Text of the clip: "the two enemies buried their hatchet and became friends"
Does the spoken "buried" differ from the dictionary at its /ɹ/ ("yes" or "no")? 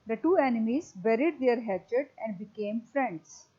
no